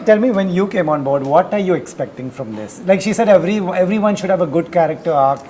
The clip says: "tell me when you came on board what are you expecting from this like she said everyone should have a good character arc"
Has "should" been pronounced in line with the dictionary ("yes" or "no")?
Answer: yes